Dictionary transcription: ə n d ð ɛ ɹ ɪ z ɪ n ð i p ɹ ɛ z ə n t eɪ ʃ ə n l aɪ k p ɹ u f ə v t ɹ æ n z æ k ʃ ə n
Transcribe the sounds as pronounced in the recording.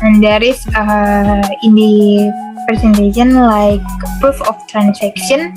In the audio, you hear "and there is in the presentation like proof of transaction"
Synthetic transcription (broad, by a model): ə n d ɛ ɹ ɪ s ɪ n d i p ɹ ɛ s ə n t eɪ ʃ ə n l aɪ k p u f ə f t ɹ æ n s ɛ k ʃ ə n